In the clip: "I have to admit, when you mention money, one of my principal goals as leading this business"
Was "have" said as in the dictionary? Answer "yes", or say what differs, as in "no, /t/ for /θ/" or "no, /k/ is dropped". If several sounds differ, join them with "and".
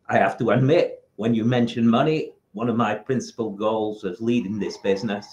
no, /f/ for /v/